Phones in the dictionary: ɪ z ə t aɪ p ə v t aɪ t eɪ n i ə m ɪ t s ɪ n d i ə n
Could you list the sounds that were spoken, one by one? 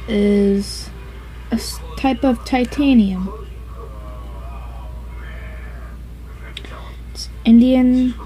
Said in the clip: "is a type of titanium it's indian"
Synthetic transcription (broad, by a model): ɪ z ə t aɪ p ə v t aɪ t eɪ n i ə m ɪ t s ɪ n d i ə n